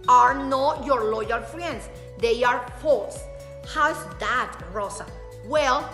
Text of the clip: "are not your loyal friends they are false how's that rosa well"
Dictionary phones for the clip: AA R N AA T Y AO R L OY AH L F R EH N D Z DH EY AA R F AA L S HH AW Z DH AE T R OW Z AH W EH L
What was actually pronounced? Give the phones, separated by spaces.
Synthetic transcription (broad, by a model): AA R N AA T Y AO R L OY AH L F R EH N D S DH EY AA R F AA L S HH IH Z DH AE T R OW S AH W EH L